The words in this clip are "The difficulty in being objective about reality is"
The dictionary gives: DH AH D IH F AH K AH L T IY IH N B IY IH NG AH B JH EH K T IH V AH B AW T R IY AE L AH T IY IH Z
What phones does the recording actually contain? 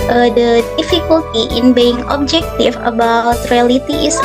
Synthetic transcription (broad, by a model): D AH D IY F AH K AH L T IY IH N B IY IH NG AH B JH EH K T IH F AH B AW T R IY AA L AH T IY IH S